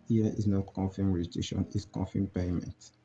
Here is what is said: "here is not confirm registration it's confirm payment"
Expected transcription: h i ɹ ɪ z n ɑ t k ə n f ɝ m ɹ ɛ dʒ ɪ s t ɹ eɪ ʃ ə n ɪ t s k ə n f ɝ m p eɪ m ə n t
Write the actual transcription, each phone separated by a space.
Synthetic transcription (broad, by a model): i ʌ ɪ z n ɑ t k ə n f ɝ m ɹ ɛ ɪ t eɪ ʃ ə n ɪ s k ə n f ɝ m p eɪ m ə n t